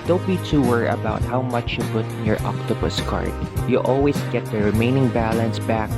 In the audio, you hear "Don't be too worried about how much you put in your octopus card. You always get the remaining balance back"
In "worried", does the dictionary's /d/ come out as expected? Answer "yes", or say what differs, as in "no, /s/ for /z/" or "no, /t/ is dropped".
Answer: no, /d/ is dropped